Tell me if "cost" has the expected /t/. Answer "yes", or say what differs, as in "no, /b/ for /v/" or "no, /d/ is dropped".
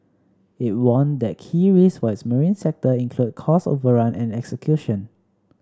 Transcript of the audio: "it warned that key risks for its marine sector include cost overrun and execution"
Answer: no, /t/ is dropped